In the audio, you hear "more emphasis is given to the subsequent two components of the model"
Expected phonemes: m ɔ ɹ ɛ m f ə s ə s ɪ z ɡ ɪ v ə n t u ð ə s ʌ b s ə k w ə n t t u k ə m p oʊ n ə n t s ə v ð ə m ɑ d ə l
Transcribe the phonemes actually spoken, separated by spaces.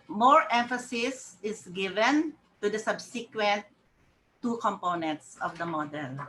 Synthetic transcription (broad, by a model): m ɔ ɹ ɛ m f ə s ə s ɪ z ɡ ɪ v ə n t u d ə s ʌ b s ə k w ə n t t u k ə m p oʊ n ə n t s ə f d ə m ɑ d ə l